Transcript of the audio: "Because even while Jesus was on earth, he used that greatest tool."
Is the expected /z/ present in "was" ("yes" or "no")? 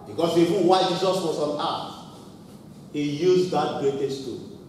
no